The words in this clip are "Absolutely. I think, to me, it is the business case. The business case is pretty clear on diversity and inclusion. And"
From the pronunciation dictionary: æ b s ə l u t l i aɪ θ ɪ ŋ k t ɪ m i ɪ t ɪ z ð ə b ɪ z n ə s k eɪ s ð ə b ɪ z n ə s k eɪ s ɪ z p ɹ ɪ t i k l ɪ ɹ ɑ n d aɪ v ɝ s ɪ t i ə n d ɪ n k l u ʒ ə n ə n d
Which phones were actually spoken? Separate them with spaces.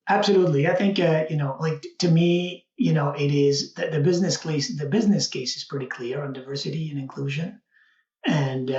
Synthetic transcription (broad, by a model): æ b s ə l u t l i aɪ θ ɪ ŋ k t ɪ m i ɪ t ɪ z ð ə b ɪ z n ə s k eɪ s ð ə b ɪ z n ə s k eɪ s ɪ z p ɹ ɪ t i k l ɪ ɹ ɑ n d aɪ v ɝ s ɪ t i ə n ɪ n k l u ʒ ə n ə n